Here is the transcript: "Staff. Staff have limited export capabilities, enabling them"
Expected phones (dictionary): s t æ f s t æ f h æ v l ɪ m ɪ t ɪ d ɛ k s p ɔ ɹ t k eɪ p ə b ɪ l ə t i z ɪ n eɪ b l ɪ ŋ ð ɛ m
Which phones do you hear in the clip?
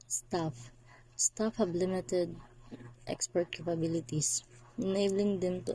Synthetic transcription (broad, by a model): s t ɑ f s t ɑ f h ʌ b l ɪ m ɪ t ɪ d ɛ k s p ɔ ɹ t k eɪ p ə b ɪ l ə t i s ɪ n eɪ b l ɪ ŋ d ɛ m